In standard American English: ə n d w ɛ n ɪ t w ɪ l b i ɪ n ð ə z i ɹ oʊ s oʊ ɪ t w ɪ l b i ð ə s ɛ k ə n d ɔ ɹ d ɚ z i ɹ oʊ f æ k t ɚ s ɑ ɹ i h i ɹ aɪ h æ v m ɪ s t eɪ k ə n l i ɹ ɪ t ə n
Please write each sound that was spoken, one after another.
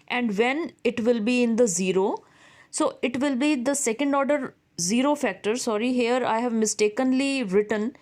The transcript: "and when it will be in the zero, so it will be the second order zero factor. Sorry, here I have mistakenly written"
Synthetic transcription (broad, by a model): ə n d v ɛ n ɪ t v ɪ l b i ɪ n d ə z i ɹ oʊ s oʊ ɪ t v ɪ l b i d ə s ɛ k ə n d ɔ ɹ d ɚ z i ɹ oʊ f æ k t ɚ s ɑ ɹ i h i ɹ aɪ h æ v m ɪ s t eɪ k ə n l i ɹ ɪ t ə n